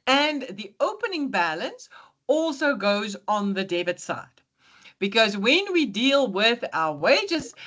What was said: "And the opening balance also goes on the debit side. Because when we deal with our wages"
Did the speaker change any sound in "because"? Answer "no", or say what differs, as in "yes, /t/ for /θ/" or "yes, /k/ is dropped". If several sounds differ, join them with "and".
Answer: no